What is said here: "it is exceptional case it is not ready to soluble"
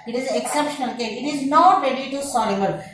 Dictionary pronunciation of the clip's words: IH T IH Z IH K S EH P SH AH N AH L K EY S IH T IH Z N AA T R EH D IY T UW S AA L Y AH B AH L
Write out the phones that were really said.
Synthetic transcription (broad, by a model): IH T IH Z IH K S EH P SH AH N AH L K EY IH T IH Z N AA T R EH D IY T UW S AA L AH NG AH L